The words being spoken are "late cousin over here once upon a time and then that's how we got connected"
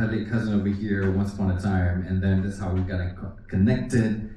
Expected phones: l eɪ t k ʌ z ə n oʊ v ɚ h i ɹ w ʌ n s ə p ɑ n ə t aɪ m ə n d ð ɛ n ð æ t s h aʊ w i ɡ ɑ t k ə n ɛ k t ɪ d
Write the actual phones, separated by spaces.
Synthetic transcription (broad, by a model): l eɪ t k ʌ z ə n oʊ v ɚ h i ɹ w ʌ n s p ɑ ə t aɪ m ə n ð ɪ n ð æ t s h aʊ w i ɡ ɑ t k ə n ɛ k t ɪ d